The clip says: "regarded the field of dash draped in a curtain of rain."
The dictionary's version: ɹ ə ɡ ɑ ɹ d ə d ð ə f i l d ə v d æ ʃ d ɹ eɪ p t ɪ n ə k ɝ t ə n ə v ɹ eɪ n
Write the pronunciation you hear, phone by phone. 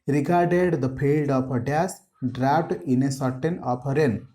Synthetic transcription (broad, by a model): ɹ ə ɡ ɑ ɹ d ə d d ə p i l d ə p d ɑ s d ɹ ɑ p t ɪ n ə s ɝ t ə n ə p ɹ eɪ n